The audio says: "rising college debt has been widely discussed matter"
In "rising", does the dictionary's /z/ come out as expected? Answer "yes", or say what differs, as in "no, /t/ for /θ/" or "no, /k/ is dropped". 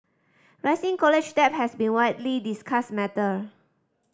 no, /s/ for /z/